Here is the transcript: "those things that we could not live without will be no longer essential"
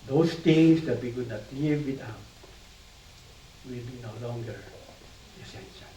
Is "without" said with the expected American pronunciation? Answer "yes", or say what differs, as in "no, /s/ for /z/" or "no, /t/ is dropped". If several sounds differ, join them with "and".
no, /t/ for /θ/